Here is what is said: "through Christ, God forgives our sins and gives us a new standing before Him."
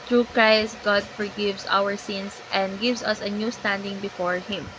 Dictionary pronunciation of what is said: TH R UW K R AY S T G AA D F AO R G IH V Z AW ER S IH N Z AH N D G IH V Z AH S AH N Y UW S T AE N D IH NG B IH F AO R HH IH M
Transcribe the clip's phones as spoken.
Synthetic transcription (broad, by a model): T R UW K R AY S T G AA D F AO R G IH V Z AW ER S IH N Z AH N D G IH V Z AH S AH N Y UW S T AE N D IH NG B IH F AO R HH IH M